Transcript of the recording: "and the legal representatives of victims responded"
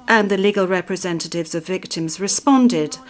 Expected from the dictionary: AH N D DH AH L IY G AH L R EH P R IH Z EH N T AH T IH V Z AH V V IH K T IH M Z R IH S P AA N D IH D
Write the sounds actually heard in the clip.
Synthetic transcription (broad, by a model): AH N DH AH L IY G AH L R EH P R IH Z EH N T AH T IH V Z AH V V IH K T IH M Z R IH S P AA N D IH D